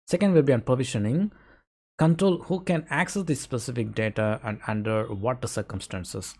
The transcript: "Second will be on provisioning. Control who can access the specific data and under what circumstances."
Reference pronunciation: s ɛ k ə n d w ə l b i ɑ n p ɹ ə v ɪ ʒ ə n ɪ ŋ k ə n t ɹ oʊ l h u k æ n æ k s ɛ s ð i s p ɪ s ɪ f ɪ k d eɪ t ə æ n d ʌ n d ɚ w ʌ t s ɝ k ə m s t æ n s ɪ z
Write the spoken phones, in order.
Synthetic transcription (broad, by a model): s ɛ k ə n d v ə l b i ɑ n p ɹ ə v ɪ ʃ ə n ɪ ŋ k ə n t ɹ oʊ l h u k æ n æ k s ɛ s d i s p ɪ s ɪ f ɪ k d eɪ t ə æ n d ʌ n d ɚ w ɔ t s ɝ k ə m s t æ n s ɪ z